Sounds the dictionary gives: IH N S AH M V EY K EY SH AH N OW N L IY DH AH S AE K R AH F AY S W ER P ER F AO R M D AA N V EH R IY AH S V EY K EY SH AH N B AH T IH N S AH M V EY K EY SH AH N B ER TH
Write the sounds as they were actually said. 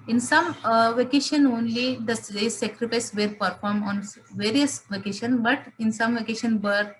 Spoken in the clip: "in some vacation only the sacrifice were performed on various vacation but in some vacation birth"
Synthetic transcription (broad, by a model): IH N S AH M V EY K EY SH AH N OW N L IY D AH S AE K R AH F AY S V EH P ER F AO R M AA N V EH R IY AH S V EY K EY SH AH N B AH T IH N S AH M V EY K EY SH AH N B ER